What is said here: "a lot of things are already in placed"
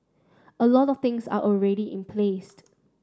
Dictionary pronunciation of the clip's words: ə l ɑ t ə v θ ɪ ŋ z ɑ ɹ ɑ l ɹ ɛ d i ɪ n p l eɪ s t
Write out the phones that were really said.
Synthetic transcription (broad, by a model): ə l ɑ t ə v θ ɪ ŋ s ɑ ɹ ɑ l ɹ ɛ d i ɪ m p l eɪ s t